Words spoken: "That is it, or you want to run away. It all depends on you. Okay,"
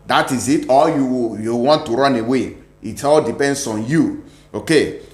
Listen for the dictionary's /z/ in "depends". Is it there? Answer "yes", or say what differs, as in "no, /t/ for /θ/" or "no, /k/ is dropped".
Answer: no, /s/ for /z/